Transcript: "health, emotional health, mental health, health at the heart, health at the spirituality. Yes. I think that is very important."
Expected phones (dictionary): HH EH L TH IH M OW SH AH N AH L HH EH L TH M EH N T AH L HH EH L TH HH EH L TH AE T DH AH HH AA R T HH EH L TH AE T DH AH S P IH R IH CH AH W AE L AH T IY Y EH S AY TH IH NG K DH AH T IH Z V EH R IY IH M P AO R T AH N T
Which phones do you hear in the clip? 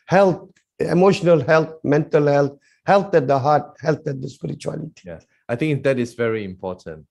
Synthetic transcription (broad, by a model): HH EH L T IH M OW SH AH N AH L HH EH L T M EH N T AH L HH EH L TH HH EH L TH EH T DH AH HH AA T HH EH L T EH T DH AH S P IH R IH CH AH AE L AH T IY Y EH AY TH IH NG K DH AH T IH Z V EH R IY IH M P AO T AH N T